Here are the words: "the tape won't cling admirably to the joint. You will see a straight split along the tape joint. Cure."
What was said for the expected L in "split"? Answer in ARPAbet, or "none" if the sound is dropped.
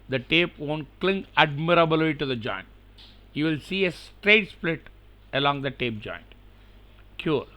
L